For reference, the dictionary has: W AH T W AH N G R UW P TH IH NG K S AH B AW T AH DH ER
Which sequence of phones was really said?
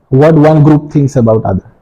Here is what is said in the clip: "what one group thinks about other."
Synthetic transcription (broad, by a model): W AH T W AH N G R UW P T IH NG K S AH B AW T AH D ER